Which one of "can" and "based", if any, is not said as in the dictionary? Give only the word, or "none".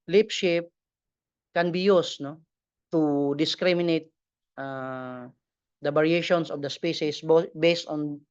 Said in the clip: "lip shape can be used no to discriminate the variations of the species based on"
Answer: none